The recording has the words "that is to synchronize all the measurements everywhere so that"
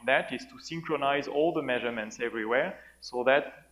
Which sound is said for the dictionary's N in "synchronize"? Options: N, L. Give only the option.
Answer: N